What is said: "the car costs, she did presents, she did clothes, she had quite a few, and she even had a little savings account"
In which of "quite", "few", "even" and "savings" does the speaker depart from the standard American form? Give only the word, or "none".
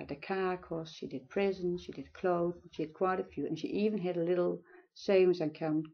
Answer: savings